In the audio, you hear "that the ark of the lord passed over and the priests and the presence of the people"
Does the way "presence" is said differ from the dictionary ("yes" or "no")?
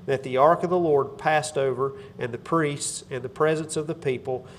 no